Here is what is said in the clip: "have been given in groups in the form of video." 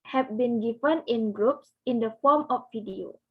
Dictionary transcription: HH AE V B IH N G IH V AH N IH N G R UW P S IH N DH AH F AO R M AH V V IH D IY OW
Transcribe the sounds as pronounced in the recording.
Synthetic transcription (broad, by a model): HH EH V B IH N G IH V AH N IH N G R UW P S IH N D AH F AO M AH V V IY D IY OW